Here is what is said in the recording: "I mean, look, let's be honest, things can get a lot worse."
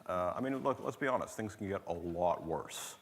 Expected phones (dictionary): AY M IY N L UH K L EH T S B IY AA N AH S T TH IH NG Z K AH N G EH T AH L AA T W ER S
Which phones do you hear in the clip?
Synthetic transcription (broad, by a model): AY M IY N L UH K L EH T S B IY AA N AH S T TH IH NG Z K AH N G EH T AH L AA T W ER S